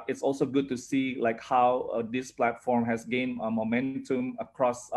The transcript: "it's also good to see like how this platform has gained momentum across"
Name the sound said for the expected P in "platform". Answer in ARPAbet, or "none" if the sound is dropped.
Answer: P